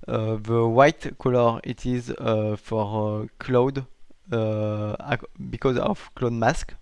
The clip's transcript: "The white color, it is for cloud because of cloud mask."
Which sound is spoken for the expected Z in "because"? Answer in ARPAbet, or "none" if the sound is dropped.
Z